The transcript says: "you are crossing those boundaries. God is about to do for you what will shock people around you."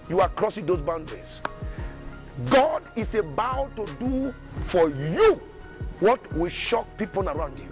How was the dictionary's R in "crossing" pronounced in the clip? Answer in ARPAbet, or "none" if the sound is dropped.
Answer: R